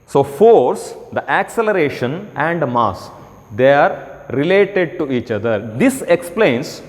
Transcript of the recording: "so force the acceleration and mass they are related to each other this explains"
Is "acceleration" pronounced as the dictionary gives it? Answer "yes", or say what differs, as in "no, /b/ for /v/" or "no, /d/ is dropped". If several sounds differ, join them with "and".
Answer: yes